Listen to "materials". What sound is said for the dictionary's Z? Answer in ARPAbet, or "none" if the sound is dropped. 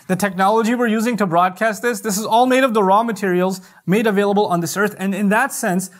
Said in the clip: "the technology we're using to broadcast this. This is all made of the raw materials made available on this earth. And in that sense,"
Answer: Z